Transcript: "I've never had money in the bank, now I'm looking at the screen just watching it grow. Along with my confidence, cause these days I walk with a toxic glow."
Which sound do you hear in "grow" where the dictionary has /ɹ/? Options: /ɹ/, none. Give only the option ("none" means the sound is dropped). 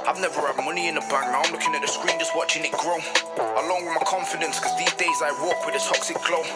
/ɹ/